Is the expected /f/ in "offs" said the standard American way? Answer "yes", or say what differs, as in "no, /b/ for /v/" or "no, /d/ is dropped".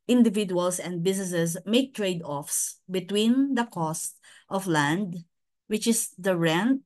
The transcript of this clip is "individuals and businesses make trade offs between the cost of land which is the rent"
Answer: yes